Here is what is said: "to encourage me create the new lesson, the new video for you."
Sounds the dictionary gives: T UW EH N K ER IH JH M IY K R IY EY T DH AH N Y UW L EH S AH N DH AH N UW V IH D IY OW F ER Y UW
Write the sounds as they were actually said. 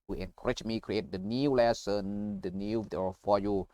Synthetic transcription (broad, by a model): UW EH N K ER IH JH M IY K R IY EY T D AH N Y UW L EH S AH N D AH N UW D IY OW F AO Y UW